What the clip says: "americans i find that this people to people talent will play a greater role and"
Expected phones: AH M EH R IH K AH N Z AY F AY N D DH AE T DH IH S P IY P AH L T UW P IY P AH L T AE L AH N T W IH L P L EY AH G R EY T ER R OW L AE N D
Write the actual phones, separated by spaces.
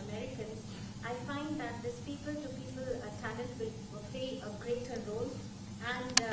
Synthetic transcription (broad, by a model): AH M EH R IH K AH N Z AY F AY N D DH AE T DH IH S P IY P AH L T UW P IY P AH L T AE N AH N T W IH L P L EY AH G R EY T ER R OW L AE N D